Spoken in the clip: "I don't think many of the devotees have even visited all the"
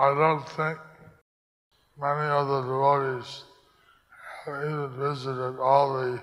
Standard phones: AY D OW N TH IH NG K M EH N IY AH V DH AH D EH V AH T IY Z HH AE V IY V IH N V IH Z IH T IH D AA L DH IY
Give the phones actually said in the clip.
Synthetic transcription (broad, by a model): AY D OW N TH IH NG K M EH N IY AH DH AH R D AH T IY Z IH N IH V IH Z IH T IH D AA L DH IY